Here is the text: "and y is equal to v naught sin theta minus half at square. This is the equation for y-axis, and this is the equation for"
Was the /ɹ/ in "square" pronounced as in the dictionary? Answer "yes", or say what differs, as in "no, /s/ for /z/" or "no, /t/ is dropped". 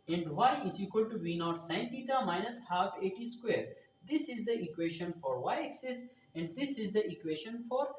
yes